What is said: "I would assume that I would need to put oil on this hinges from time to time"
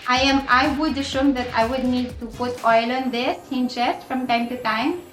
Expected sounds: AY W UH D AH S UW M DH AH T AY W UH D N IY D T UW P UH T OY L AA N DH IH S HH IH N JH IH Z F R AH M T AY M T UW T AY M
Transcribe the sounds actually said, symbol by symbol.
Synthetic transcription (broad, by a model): AY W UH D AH SH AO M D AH T AY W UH D N IY D T UW P UH T OY L AA N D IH S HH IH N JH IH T F R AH M T AY M T UW T AY M